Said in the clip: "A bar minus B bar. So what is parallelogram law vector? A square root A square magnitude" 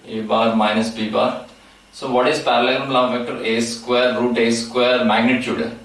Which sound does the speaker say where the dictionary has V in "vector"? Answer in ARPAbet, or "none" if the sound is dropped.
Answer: F